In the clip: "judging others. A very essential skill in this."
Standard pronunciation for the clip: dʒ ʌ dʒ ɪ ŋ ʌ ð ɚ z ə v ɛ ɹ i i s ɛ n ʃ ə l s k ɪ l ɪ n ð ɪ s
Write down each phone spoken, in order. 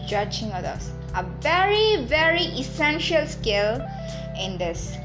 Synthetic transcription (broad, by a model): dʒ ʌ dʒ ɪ ŋ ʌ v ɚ ə v ɛ ɹ i i s ɛ n ʃ ə l s k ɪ l ɪ n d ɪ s